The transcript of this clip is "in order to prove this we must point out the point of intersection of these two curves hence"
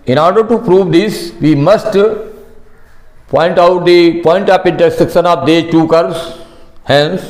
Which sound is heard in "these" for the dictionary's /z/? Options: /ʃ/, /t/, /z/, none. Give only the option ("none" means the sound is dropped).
none